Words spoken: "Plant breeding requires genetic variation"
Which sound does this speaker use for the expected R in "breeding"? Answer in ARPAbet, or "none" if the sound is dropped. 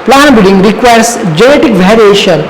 none